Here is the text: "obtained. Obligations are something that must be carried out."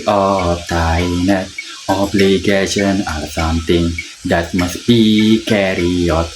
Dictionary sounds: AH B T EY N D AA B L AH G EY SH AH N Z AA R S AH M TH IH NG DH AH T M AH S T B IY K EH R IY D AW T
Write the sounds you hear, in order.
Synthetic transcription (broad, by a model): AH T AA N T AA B L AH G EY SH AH N AA R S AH M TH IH NG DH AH T M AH S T B IY K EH R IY AO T